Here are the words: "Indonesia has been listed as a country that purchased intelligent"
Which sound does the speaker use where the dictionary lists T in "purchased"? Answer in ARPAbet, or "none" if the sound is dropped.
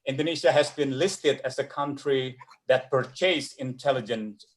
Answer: none